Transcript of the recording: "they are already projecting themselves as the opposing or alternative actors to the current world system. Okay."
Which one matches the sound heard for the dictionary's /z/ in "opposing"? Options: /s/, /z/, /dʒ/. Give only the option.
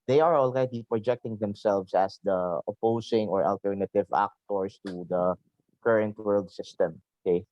/s/